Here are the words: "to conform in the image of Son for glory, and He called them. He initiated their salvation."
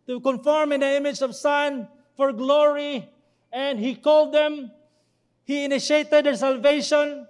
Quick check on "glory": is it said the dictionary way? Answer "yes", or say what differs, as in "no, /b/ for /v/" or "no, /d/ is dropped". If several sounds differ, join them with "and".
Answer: yes